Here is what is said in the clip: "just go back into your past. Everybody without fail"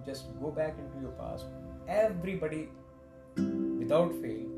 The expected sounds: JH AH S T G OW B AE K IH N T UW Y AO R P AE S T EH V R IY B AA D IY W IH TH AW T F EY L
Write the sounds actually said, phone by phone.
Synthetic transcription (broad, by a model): JH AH S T G OW B AE K IH N T UW Y AO R P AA S EH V R IY B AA D IY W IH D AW T F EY L